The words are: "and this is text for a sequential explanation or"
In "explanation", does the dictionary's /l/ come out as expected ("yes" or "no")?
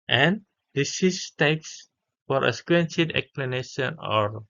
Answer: yes